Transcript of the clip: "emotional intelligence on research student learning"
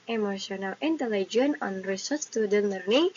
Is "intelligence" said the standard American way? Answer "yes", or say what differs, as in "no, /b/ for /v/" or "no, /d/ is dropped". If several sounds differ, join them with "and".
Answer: no, /s/ is dropped